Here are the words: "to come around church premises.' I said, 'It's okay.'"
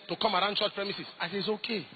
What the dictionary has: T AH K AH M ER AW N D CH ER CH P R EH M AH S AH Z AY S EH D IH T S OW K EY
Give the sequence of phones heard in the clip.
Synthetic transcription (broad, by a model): T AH K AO M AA AW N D CH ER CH P R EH M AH S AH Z AY S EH IH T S OW K EY